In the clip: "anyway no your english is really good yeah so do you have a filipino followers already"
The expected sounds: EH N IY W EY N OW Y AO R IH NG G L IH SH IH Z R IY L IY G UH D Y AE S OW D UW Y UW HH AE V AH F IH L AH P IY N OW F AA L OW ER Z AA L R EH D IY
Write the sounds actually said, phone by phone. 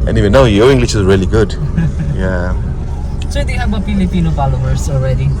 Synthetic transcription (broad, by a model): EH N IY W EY N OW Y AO IH NG G L IH SH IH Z R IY L IY G UH D Y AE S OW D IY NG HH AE B AH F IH L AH P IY N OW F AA L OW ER S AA L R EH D IY